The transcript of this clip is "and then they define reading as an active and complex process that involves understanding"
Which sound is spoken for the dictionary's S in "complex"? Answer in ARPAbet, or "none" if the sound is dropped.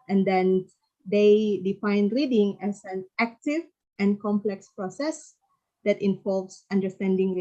S